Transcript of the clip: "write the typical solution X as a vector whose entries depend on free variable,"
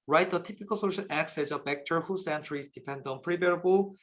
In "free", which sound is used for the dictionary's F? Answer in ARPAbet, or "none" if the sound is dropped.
P